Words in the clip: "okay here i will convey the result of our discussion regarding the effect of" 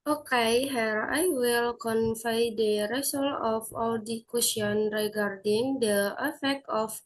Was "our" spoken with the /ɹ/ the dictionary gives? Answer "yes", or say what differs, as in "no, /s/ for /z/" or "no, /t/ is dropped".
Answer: no, /l/ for /ɹ/